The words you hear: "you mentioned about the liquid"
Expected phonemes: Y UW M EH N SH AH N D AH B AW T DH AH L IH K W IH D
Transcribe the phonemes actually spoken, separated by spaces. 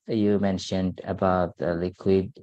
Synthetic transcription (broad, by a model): Y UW M EH N SH AH N D AH B AW T DH AH L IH K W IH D